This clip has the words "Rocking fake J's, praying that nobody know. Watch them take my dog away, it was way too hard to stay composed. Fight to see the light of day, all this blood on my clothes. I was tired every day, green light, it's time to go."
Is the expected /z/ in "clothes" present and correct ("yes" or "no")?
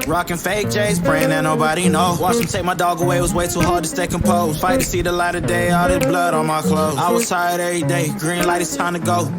no